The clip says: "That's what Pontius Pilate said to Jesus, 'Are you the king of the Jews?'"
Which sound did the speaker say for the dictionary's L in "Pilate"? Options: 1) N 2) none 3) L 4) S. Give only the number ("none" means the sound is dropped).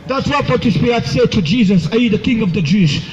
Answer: 2